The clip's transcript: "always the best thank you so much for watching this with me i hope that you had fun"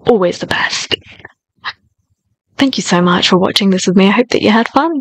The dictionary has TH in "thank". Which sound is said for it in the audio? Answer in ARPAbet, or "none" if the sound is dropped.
TH